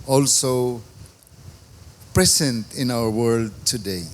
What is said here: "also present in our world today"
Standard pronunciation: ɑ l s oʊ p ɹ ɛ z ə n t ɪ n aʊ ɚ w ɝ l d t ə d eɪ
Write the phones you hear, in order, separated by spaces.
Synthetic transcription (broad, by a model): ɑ l s oʊ p ɹ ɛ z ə n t ɪ n aʊ ɚ w ɝ l d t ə d eɪ